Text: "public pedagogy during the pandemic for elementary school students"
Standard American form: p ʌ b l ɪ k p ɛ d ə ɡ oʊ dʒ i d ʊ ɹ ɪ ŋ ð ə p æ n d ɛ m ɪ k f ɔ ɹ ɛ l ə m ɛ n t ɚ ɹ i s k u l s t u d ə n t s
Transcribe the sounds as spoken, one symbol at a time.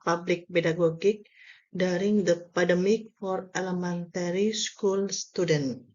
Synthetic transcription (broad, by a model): p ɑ b l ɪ k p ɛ d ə ɡ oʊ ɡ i d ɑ ɹ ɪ ŋ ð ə p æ d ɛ m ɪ k f ɔ ɹ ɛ l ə m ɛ n t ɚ ɹ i s k u l s t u d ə n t